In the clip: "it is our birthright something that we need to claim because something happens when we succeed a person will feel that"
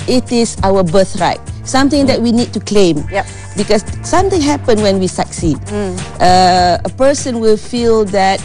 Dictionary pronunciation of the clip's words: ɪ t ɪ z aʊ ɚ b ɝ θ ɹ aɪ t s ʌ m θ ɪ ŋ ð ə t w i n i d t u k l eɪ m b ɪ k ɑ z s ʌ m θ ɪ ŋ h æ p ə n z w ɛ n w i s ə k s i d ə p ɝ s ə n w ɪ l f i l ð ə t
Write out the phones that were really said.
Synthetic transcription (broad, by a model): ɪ t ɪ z aʊ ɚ b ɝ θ ɹ aɪ t s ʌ m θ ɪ ŋ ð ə t w i n i d t u k l eɪ m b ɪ k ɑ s s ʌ m t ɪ ŋ h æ p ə n w ɛ n w i s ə k s i d ə p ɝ s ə n w ɪ l f i l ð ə t